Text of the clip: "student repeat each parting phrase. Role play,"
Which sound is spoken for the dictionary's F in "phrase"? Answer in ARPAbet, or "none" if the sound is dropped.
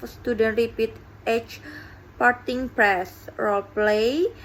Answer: P